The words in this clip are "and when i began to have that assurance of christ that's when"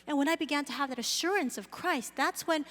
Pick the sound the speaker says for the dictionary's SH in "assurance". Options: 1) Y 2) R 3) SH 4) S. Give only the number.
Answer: 3